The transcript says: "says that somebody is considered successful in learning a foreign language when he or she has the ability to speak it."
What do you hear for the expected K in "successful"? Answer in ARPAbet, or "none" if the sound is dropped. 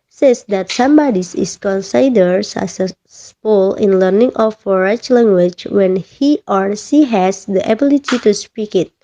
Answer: none